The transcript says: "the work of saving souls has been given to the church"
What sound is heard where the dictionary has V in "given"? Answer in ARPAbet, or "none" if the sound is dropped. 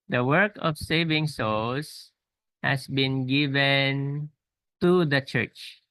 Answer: V